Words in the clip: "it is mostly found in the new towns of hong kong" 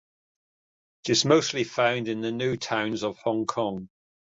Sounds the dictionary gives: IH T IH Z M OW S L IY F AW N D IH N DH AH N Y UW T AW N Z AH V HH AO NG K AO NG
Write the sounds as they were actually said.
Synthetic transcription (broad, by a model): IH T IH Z M OW S L IY F AW N D IH N DH AH N Y UW T AW N Z AH V HH AO NG K AO NG